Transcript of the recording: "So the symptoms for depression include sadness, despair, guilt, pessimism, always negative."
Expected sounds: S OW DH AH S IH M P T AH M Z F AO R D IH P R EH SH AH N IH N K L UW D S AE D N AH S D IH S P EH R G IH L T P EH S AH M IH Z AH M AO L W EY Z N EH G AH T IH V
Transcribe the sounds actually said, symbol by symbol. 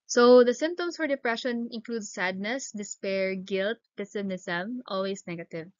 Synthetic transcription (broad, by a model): S OW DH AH S IH M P T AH M S F AO R D IH P R EH SH AH N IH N K L UW D S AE D N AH S D IH S P EH R G IH L T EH S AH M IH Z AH M AO L W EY S N EH G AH T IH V